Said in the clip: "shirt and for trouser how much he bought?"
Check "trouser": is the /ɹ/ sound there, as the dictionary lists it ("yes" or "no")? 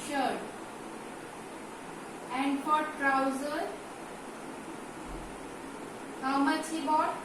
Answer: yes